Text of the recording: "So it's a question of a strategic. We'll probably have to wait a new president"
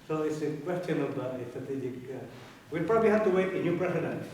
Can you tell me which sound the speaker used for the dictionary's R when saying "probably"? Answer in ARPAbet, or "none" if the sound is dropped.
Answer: R